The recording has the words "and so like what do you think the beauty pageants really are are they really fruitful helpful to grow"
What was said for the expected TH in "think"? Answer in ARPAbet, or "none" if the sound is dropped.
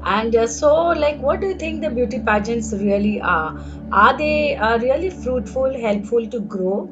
T